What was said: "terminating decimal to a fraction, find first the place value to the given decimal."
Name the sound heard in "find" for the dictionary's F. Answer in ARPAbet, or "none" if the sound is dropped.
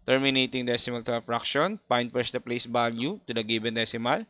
P